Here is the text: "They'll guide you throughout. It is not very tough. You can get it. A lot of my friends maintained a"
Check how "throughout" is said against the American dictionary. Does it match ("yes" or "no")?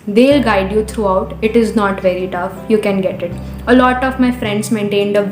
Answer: no